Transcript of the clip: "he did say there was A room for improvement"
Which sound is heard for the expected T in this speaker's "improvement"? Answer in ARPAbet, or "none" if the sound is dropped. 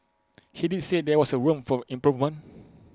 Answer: none